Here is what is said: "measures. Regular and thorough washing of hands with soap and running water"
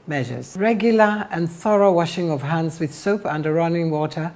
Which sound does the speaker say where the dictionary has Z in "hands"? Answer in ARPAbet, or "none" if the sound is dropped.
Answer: Z